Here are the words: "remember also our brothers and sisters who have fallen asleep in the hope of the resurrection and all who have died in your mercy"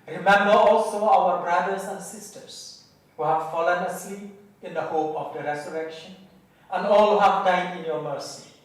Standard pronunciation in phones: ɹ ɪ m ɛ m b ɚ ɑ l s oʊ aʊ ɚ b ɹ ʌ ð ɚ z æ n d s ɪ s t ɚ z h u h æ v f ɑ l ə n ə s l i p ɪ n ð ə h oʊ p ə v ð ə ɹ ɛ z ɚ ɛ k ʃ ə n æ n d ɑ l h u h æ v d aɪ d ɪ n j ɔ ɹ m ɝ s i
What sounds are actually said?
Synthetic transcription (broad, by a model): ɹ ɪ m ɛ m b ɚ ɑ l s oʊ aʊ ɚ b ɹ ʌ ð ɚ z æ n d s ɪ s t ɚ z h u h æ v f ɑ l ə n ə s i ɪ n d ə h oʊ p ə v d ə ɹ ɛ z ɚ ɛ k ʃ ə n æ n d ɑ l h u h æ v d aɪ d ɪ n j ɔ ɹ m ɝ s i